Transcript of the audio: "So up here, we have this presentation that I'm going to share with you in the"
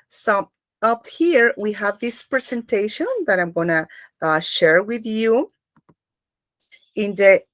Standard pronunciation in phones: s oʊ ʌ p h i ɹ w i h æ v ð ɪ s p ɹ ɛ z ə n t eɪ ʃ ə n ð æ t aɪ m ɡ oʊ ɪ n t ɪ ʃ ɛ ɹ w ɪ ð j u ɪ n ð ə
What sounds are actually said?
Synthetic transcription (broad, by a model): s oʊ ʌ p h i ɹ w i h æ v ð ɪ s p ɹ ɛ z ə n t eɪ ʃ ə n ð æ t aɪ m ɡ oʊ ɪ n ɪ ʃ ɛ ɹ w ɪ ð j u ɪ n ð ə